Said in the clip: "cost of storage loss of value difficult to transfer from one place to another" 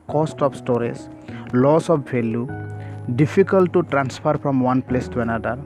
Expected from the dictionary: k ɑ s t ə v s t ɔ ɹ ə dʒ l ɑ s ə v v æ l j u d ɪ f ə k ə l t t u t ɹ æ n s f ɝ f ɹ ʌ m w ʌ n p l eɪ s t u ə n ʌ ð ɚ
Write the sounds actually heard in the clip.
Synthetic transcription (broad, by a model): k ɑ s t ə p s t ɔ ɹ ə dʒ l ɑ s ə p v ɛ l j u d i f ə k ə l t t u t ɹ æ n s p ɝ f ɹ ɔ m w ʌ n p l eɪ s t u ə n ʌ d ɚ